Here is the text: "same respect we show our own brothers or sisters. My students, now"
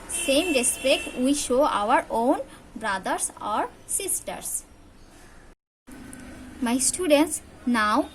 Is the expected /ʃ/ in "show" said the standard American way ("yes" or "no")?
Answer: yes